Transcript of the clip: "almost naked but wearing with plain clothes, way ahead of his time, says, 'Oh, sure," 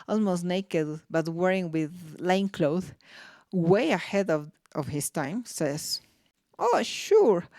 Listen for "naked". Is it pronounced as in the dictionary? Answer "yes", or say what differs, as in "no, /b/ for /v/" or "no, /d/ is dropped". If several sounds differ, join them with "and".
yes